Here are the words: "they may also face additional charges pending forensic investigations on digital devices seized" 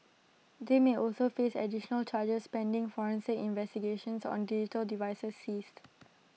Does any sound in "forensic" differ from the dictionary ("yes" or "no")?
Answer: yes